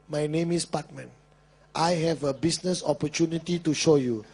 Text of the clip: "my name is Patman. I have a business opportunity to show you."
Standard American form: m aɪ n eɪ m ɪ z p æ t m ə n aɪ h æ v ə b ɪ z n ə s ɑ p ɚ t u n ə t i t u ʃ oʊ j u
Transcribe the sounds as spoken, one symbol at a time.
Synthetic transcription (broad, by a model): m aɪ n eɪ m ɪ s p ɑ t m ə n aɪ h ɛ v ə b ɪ s n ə s ɑ p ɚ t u n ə t i t u ʃ oʊ j u